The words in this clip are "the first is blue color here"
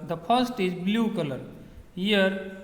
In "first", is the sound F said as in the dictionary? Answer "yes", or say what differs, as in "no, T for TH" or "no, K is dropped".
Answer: no, P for F